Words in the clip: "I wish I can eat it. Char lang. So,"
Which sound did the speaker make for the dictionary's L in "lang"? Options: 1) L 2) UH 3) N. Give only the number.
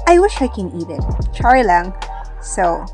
1